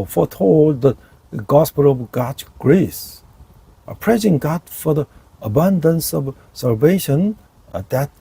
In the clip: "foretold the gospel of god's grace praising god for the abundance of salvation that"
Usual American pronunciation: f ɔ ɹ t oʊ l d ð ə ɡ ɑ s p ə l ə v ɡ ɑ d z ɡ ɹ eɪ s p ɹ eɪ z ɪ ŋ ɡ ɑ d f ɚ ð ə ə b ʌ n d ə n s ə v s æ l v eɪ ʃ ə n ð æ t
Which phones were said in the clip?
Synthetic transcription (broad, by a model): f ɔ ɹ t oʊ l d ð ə ɡ ɑ s p ə l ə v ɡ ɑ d ɡ ɹ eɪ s p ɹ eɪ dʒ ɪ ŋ ɡ ɑ d f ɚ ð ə ə b ʌ n d ə n s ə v s æ l v eɪ ʃ ə n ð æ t